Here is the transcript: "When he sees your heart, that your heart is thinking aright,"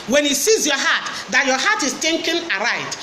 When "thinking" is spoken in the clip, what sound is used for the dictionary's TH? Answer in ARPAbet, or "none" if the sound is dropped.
T